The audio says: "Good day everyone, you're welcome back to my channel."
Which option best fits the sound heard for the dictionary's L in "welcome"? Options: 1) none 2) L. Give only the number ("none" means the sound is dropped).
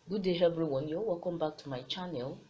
1